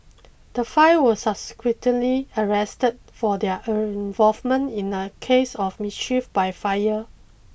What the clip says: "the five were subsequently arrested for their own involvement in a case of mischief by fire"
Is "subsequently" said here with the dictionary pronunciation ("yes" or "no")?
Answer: no